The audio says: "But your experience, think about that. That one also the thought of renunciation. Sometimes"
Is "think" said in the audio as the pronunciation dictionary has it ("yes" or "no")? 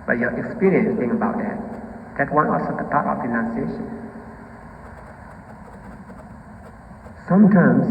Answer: no